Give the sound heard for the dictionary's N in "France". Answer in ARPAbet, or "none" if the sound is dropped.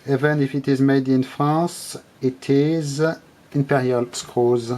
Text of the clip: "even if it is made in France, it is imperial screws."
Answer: none